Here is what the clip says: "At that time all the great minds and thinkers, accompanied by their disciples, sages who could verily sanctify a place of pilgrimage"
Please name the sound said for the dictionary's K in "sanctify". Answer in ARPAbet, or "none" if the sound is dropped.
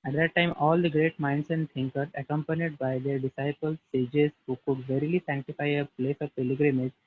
K